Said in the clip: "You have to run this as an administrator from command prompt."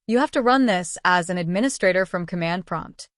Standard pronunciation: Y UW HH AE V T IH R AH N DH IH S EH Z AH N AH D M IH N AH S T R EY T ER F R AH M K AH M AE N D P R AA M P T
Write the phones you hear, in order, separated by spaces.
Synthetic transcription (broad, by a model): Y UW HH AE F T IH R AH N DH IH S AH Z AH N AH D M IH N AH S T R EY T ER F R AH M K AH M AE N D P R AA M P T